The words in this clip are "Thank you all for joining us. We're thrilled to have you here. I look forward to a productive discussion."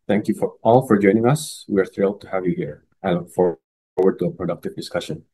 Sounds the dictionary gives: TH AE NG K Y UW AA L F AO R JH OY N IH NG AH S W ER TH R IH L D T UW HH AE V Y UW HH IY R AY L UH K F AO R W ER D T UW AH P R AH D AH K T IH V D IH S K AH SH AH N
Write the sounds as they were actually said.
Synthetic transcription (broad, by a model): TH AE NG K Y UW AA L F AO R JH OY N IH NG AH S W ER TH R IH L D T UW HH AE V Y UW HH IY R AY L UH K F AO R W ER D T UW AH P R AH D AH K T IH V D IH S K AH SH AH N